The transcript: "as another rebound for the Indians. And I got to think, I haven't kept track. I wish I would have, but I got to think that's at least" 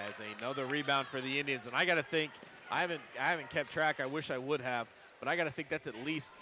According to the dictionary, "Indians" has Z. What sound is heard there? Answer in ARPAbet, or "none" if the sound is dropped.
Z